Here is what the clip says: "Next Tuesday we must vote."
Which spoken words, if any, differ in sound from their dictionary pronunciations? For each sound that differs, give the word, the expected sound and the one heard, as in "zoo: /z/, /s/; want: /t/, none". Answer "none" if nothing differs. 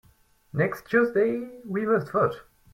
vote: /v/, /f/